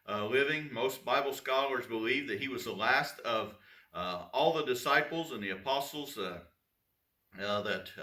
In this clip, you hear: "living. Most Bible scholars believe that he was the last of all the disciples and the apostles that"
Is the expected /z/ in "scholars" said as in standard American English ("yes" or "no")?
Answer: yes